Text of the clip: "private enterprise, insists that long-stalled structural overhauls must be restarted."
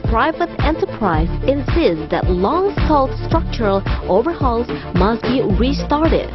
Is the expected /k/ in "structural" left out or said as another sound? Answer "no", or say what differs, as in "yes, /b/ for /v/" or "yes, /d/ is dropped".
no